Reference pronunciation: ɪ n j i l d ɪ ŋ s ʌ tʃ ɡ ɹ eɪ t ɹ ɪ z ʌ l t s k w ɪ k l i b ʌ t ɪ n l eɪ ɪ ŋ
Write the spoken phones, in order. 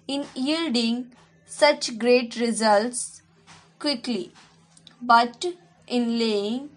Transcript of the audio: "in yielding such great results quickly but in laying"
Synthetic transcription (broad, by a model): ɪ n j i l d ɪ ŋ s ʌ tʃ ɡ ɹ eɪ t ɹ ɪ z ʌ l t s k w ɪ k l i b ʌ t ɪ n l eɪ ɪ ŋ